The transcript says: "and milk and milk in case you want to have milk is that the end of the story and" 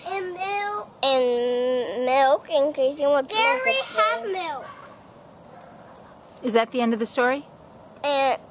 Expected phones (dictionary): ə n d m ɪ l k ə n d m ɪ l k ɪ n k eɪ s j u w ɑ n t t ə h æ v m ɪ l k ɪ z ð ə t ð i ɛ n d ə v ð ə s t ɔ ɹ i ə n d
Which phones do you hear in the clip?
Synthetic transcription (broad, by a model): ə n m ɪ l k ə n m ɪ l k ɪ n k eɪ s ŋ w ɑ t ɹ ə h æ m ɪ l k ɪ z ð ə t ð i ɛ n d ə v ð ə s t ɔ ɹ i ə